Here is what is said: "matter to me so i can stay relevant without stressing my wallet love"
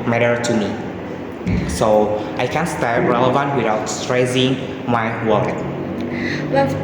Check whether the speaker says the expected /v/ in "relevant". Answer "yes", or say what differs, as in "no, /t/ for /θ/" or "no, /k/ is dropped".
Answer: yes